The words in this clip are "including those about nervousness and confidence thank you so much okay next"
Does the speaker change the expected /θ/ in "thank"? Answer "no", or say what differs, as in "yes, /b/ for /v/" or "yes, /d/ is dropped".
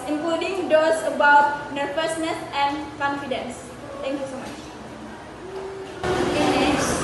yes, /t/ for /θ/